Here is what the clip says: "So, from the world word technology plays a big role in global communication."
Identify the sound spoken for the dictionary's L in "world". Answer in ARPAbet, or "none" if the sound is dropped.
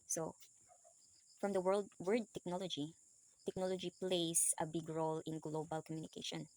L